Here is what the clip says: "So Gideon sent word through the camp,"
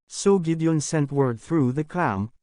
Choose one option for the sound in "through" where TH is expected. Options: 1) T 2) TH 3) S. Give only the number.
2